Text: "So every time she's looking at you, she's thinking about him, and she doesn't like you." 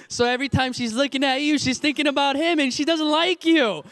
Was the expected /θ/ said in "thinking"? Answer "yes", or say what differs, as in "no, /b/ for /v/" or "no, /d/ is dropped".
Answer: yes